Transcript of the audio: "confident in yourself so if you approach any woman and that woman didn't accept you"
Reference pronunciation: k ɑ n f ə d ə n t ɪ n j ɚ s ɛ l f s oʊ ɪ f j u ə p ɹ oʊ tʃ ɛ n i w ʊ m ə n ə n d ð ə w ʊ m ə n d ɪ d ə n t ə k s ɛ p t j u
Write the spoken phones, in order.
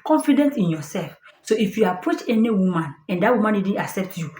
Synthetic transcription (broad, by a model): k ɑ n f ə d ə n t ɪ n j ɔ s ɛ l f s oʊ ɪ f j u ə p ɹ oʊ tʃ ɛ n i w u m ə n ə n d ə w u m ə n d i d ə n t ə k s ɛ p t j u